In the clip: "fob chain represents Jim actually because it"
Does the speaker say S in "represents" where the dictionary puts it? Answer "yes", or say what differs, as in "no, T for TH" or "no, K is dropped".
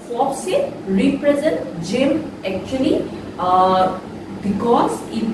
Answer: no, S is dropped